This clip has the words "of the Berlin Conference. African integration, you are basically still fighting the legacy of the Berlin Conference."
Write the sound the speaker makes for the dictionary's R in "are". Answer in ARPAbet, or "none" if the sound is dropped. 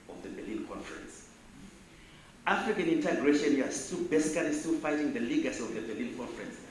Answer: L